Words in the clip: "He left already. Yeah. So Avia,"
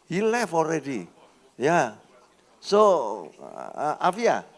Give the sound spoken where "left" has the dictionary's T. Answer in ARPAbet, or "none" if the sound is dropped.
none